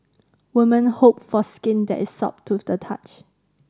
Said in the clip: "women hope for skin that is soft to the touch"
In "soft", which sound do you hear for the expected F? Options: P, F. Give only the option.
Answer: P